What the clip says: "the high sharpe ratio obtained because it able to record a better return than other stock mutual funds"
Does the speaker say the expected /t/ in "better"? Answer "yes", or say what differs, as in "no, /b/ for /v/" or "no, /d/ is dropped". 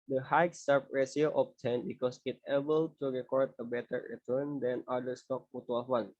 yes